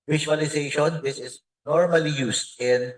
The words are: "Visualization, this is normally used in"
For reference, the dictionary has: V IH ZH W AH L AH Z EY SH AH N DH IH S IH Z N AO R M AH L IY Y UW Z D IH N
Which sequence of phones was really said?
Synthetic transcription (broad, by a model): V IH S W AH L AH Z EY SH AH N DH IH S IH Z N AO R M AH L IY Y UW S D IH N